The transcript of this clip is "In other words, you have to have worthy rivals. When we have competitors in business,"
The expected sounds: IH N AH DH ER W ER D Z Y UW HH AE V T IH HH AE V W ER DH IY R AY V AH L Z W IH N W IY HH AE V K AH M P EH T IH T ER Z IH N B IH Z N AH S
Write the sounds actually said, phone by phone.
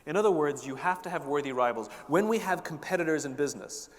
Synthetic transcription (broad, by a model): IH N AH DH ER W ER D Z Y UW HH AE F T IH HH V W ER DH IY R AY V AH L Z W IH N W IY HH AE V K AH M P EH T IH T ER Z IH N B IH Z N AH S